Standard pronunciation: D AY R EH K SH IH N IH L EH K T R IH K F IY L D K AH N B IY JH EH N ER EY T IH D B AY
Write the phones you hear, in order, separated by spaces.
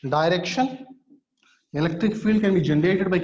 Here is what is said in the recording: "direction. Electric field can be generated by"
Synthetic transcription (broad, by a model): D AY R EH K SH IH N IH L EH K T R IH K F IY L D K AH N B IY JH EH N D EY T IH D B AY